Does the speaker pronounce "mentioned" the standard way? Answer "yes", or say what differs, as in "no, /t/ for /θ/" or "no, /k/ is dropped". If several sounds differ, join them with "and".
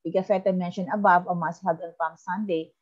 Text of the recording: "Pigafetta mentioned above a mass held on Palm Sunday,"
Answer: no, /d/ is dropped